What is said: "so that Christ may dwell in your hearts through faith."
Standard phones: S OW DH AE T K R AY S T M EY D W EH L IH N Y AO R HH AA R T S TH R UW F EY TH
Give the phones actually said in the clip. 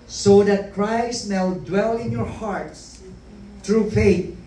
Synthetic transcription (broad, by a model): S OW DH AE T K R AY S T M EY D W EH L IH N Y AO R HH AA R T S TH R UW F EY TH